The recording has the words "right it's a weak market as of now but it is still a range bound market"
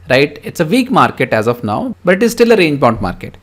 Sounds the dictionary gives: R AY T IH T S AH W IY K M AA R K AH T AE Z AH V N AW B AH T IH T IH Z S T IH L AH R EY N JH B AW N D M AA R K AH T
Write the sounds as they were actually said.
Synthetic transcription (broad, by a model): R AY T IH T S AH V IY K M AA R K AH T AE Z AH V N AW B AH T IH T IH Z S T IH L AH R EY N JH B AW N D M AA R K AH T